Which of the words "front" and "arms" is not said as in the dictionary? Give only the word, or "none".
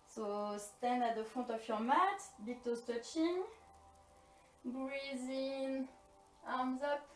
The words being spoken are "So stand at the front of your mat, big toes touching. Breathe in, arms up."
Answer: front